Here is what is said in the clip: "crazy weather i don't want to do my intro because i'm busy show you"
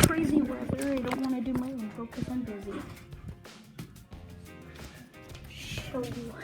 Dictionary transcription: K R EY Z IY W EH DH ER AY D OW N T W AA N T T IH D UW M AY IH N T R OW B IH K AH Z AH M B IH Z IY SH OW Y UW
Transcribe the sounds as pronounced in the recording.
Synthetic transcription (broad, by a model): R EY Z IY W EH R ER AY D OW N T W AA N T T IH D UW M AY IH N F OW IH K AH S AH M B IH Z IY SH OW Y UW